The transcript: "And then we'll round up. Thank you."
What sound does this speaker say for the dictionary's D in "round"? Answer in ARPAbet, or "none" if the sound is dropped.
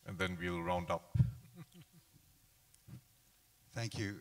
D